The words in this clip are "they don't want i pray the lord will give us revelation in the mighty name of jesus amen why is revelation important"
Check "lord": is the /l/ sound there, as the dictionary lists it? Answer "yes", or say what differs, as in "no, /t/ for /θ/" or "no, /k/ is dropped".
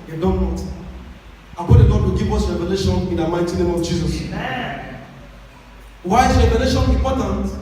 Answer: no, /n/ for /l/